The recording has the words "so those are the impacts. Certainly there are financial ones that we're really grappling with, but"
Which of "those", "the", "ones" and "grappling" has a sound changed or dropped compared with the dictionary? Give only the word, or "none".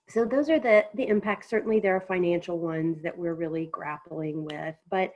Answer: none